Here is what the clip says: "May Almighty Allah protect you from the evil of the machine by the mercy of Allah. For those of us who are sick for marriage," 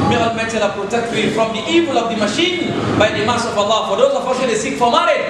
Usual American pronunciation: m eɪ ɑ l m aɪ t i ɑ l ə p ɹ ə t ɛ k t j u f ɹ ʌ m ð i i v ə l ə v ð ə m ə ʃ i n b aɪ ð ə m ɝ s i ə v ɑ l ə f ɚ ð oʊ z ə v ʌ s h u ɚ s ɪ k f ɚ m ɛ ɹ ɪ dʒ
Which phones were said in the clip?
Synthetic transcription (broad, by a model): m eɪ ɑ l m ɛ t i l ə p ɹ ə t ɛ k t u f ɹ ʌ m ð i i v ə l ə v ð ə m ə ʃ i n b aɪ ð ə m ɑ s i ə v ɑ l ə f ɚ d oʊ ə f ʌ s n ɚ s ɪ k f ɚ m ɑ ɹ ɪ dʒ